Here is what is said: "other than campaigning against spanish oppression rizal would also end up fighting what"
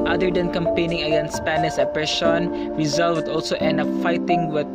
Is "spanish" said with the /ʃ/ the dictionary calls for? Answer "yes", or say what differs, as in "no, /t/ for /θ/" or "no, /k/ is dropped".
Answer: no, /s/ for /ʃ/